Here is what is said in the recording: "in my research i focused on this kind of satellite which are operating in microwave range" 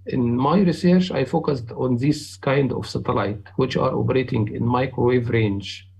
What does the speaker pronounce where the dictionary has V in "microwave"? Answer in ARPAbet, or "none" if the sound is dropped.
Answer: V